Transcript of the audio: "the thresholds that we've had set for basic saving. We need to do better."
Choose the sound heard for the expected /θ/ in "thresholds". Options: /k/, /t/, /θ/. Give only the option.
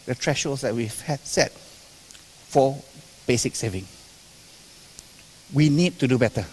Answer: /t/